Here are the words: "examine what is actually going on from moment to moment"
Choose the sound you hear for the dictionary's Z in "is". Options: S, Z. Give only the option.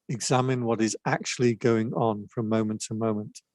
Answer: Z